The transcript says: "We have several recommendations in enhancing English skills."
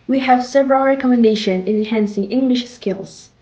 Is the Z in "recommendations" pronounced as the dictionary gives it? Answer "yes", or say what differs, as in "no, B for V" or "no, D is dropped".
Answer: no, Z is dropped